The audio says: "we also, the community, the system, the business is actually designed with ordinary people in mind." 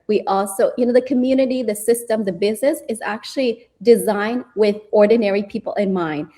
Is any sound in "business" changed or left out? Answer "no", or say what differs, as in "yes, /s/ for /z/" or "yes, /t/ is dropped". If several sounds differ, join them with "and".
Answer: no